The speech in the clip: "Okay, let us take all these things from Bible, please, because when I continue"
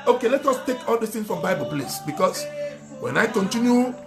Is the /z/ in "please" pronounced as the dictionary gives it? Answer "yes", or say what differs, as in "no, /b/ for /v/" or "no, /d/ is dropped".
no, /s/ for /z/